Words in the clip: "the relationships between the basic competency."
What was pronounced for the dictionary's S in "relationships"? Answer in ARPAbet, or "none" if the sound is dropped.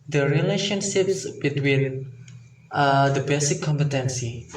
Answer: S